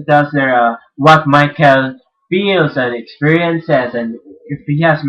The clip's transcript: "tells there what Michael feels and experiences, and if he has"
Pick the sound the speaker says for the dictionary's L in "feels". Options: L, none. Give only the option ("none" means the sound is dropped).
L